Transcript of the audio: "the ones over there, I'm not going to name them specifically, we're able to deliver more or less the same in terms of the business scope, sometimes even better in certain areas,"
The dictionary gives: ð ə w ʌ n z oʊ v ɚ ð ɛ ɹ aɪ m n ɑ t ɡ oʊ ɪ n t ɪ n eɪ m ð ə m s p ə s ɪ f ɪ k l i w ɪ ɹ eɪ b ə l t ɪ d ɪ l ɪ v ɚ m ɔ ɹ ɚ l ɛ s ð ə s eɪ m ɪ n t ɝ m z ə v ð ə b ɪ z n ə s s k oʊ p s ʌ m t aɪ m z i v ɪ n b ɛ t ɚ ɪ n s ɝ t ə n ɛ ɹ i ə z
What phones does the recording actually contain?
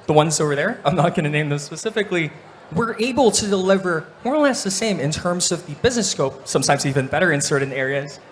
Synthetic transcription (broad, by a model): ð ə w ʌ n z oʊ v ɚ ð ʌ ɹ aɪ m n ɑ t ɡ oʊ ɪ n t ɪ n eɪ m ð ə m s p ə s ɪ f ɪ k l i w ɪ ɹ eɪ b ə l t ɪ d ɪ l ɪ v ɚ m ɔ ɹ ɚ l ɛ s ð ə s eɪ m ɪ n t ɝ m z ə v ð ə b ɪ z n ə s s k oʊ p s ʌ m t aɪ m z i v ɪ n b ɛ t ɚ ɪ n s ɝ t n ɛ ɹ i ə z